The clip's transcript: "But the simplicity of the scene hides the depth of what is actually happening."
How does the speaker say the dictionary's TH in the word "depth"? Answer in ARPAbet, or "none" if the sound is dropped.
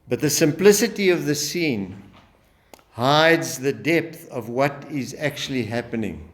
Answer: TH